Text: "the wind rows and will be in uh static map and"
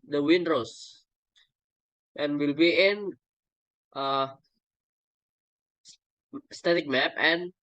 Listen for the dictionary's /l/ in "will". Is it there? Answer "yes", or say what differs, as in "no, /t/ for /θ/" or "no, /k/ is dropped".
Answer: yes